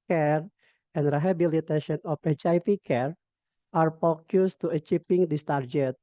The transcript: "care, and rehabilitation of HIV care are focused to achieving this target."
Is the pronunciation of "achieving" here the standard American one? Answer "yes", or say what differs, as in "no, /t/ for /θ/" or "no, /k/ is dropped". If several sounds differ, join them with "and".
no, /p/ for /v/